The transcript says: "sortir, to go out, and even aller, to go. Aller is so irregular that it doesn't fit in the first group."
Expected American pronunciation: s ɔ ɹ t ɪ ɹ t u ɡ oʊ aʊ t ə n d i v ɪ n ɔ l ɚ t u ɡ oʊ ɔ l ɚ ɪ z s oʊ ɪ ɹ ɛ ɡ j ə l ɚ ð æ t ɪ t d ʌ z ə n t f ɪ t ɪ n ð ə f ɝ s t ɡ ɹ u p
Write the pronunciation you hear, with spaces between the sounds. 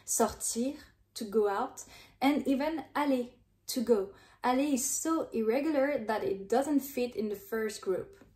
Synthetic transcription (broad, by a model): s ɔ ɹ t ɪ ɹ t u ɡ oʊ aʊ t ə n i v ɪ n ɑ l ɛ t u ɡ oʊ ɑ l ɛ ɪ z s oʊ ɪ ɹ ɛ ɡ j ə l ɚ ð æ t ɪ t d ʌ z ə n t f ɪ t ɪ n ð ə f ɝ s t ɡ ɹ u p